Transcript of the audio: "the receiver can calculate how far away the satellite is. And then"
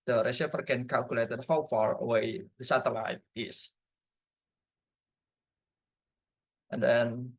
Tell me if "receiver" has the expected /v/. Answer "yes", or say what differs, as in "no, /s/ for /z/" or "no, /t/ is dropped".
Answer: no, /f/ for /v/